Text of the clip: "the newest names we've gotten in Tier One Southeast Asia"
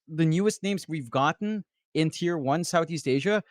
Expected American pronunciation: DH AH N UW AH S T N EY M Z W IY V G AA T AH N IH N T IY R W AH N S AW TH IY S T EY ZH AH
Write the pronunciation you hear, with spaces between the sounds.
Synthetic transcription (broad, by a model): DH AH N UW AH S T N EY M Z W IY V G AA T N IH N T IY R W AH N S AW TH IY S T EY ZH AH